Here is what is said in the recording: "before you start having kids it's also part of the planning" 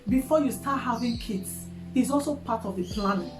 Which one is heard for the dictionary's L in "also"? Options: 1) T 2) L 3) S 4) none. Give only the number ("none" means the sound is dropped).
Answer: 2